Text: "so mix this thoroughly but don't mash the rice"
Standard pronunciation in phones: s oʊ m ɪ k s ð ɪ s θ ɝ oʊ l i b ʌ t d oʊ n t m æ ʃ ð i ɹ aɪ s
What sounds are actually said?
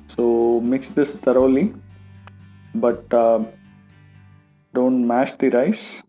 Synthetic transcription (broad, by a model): s oʊ m ɪ k s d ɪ s t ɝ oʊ l i b ʌ t d oʊ n t m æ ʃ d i ɹ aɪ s